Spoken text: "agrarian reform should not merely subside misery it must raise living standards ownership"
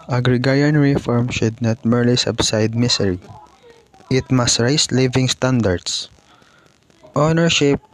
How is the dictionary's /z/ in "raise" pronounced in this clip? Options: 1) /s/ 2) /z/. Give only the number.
1